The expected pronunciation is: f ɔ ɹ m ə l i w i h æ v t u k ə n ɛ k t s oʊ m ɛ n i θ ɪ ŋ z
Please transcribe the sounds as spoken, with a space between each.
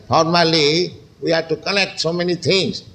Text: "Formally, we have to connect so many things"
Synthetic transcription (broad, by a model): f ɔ ɹ m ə l i w i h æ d t u k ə l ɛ k t s oʊ m ɛ n i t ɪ ŋ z